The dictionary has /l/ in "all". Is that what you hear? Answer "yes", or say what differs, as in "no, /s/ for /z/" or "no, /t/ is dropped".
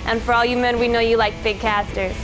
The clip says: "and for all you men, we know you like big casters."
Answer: yes